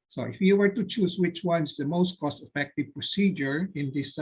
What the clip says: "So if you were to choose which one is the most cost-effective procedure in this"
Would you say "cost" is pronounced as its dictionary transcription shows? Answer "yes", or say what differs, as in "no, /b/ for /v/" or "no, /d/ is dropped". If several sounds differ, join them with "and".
yes